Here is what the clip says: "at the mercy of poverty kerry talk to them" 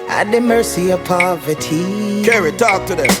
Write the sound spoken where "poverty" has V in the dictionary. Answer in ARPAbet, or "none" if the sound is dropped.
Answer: V